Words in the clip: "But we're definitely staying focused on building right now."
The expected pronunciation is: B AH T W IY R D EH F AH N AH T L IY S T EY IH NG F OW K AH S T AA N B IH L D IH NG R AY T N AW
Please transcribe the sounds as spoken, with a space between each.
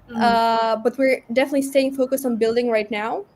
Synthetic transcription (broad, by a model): B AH T W IY R D EH F AH N AH T L IY S T EY IH NG F OW K AH S T AA N B IH L D IH NG R AY T N AW